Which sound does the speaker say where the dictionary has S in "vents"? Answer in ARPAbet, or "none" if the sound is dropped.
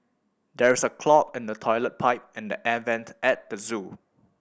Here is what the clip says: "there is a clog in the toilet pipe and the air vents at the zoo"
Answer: none